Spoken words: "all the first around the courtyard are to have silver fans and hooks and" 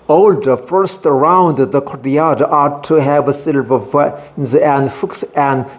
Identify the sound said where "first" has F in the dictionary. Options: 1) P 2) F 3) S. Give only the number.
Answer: 2